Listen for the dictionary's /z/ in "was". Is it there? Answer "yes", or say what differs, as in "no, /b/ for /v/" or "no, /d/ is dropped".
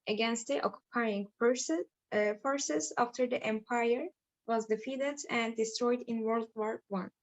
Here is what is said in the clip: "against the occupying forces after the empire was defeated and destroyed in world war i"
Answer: yes